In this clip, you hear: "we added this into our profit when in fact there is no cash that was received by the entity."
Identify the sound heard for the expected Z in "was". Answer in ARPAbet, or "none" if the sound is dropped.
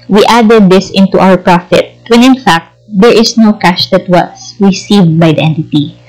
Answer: S